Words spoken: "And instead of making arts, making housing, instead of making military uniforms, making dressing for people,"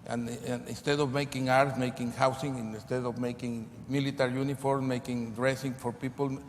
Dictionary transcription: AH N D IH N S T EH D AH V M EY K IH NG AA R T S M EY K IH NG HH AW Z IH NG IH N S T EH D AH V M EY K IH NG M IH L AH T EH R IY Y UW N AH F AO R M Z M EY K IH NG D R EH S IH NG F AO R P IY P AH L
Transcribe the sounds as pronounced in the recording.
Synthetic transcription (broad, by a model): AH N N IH N S T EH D AH V M EY K IH NG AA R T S M EY K IH NG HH AW S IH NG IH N S T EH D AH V M EY K IH NG M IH L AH T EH R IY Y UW N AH F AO R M M EY K IH NG D R EH S IH NG F AO R P IY P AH L